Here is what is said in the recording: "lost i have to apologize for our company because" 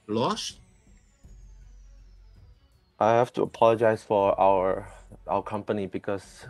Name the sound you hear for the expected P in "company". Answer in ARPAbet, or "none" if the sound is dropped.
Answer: P